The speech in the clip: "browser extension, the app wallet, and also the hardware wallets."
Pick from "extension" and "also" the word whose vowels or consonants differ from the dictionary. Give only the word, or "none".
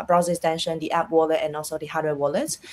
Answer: extension